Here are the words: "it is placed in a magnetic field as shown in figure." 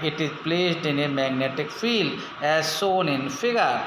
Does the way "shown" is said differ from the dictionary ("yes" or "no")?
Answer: yes